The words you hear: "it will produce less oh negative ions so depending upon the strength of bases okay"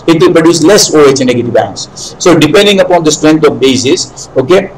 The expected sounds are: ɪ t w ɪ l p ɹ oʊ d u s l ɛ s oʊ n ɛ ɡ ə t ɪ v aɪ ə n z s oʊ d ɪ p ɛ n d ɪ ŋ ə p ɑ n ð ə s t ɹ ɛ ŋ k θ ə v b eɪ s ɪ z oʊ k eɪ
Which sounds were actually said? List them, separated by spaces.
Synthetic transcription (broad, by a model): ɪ t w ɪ l p ɹ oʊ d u s l ɛ s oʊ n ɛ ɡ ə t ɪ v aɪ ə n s s oʊ d ɪ p ɛ n d ɪ ŋ ə p ɑ n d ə s t ɹ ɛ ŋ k t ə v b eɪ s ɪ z oʊ k eɪ